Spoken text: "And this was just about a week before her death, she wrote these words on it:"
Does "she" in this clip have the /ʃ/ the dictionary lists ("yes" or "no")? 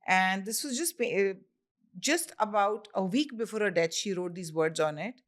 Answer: yes